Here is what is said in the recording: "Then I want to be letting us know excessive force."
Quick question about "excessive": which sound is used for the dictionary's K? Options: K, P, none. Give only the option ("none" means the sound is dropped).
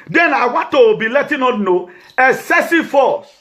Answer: none